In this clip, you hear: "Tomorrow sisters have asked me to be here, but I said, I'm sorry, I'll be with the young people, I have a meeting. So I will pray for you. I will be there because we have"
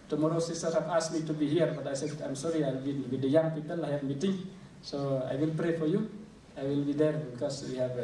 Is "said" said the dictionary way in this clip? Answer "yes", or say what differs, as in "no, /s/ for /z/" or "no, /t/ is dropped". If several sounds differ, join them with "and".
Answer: no, /d/ is dropped